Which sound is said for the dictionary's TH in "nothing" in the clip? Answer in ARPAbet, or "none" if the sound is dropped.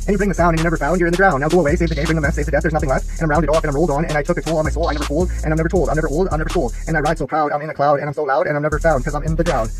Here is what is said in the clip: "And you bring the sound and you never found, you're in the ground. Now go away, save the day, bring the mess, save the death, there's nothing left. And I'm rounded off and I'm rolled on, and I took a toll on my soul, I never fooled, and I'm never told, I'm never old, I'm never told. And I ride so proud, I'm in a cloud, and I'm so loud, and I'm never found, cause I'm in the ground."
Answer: TH